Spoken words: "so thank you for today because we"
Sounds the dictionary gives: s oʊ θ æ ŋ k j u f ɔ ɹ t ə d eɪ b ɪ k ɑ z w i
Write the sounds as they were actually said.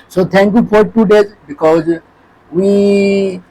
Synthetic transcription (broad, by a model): s oʊ t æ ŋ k j u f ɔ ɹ t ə d eɪ b ɪ k ɑ z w i